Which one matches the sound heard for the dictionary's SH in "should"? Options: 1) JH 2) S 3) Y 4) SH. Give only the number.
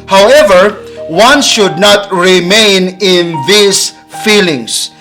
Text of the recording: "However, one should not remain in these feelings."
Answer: 4